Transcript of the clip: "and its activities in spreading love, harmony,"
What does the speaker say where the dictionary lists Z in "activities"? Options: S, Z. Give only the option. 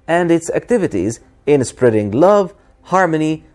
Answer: Z